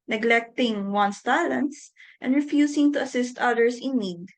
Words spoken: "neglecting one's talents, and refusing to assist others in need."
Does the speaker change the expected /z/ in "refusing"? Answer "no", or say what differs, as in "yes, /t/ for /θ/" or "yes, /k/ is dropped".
yes, /s/ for /z/